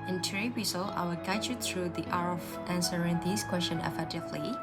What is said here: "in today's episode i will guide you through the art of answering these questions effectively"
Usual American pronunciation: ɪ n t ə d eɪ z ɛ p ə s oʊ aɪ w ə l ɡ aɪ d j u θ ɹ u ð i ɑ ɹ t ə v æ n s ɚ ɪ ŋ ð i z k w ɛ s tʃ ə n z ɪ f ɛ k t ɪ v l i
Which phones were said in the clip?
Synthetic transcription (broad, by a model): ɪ n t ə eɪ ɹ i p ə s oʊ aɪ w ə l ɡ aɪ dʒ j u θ ɹ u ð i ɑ ɹ ə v æ n s ɚ ɪ ŋ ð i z k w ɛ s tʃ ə n ɪ f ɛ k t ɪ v l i